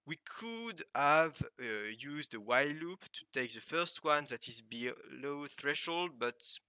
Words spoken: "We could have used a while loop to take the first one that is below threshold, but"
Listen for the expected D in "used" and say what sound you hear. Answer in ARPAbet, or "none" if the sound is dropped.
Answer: D